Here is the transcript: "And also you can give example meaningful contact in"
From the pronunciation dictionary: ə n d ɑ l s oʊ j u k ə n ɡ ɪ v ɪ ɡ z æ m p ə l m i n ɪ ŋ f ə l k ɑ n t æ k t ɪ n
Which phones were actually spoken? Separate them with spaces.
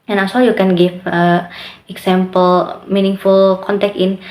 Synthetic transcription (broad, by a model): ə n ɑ s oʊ j u k ə n ɡ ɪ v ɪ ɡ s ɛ m p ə l m i n ɪ ŋ f ə l k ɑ n t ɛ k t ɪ n